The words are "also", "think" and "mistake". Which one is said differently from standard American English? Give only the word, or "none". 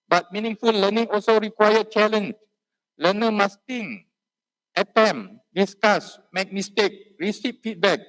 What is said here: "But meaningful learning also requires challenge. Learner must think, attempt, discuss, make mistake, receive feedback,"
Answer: think